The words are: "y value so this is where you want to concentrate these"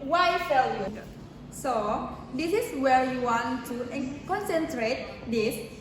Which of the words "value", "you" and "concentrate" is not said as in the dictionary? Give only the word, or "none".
value